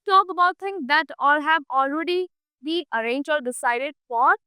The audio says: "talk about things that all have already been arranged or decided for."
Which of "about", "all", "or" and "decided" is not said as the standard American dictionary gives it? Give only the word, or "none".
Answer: or